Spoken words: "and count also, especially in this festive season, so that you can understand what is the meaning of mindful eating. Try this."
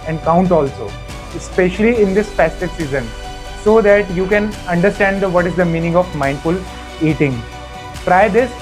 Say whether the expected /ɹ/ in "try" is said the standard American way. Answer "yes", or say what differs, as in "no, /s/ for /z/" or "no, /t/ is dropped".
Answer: yes